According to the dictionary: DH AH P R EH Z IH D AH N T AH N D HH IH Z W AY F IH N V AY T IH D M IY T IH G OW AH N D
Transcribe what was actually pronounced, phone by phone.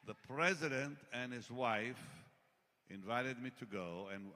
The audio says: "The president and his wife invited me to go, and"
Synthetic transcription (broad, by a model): DH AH P R EH Z IH D AH N T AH N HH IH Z W AY F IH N V AY T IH D M IY T IH G OW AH N